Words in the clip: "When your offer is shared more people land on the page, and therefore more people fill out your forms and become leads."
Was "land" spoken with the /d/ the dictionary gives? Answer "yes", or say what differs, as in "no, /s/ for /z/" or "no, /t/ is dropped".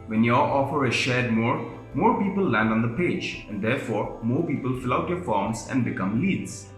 yes